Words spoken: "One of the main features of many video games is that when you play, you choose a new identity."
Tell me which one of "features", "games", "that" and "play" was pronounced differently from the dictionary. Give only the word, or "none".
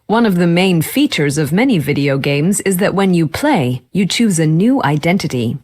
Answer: none